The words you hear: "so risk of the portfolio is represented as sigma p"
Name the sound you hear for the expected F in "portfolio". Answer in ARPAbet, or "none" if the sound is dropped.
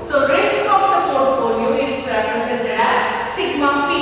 F